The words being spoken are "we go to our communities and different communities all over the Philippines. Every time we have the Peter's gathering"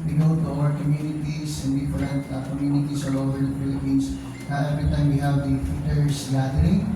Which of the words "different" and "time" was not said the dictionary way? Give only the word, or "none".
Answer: different